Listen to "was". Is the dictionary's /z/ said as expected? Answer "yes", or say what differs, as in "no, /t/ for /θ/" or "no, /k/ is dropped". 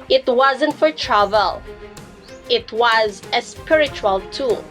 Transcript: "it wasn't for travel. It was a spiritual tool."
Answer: yes